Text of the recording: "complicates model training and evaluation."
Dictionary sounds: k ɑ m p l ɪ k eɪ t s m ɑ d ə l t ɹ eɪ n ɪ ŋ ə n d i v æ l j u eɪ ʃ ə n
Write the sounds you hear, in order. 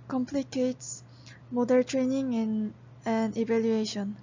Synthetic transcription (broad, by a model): k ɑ m p l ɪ k eɪ t s m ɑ d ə n t ɹ eɪ n ɪ ŋ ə n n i v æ l j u eɪ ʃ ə n